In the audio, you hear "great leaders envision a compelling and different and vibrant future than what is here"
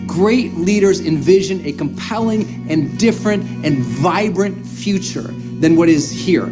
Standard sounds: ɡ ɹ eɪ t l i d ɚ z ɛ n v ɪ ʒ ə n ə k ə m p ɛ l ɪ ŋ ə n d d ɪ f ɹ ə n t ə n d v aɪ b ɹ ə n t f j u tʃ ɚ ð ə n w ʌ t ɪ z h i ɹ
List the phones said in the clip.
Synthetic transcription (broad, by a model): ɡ ɹ eɪ t l i d ɚ z ɛ n v ɪ ʒ ə n ə k ə m p ɛ l ɪ ŋ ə n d d ɪ f ɹ ə n t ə n v aɪ b ɹ ə n t f j u tʃ ɚ ð ə n w ʌ t ɪ z h i ɹ